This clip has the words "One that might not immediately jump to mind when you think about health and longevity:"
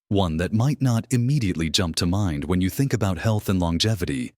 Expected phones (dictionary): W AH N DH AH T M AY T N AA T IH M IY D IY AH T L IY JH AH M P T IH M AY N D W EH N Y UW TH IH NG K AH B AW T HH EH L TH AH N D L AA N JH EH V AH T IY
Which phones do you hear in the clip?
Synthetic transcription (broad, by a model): W AH N DH AH T M AY T N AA T IH M IY D IY AH T L IY JH AH M P T IH M AY N D W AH N Y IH TH IH NG K AH B AW T HH EH L TH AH N L AA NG JH EH V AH T IY